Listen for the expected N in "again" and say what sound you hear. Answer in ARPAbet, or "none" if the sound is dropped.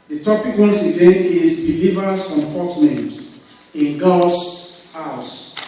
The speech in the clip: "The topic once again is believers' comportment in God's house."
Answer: none